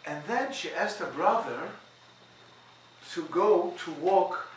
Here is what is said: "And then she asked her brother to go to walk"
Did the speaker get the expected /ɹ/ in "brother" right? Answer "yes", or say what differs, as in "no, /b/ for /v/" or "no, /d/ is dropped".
yes